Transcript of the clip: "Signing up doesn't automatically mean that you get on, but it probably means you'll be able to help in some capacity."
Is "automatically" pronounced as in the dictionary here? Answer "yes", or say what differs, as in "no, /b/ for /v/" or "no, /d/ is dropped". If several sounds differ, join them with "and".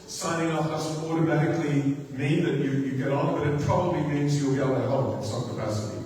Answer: yes